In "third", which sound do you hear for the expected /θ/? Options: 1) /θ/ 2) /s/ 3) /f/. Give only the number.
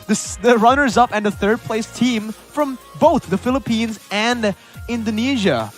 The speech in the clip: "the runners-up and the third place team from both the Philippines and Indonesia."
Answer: 1